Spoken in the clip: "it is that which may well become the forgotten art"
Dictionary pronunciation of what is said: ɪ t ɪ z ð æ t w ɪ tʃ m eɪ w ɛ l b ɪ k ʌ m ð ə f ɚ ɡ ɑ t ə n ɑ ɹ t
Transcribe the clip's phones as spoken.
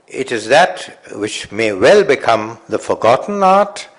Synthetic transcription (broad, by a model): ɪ t ɪ z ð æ t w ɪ tʃ m eɪ w ɛ l b ɪ k ʌ m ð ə f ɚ ɡ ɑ t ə n ɑ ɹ t